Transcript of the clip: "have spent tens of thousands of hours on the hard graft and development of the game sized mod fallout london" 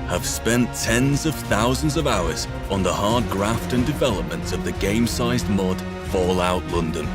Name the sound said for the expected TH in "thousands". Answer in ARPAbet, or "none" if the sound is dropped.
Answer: TH